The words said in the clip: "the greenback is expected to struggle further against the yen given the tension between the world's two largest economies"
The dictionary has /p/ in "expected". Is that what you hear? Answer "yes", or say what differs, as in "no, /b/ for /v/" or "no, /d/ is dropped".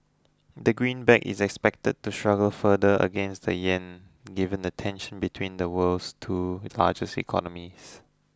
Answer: yes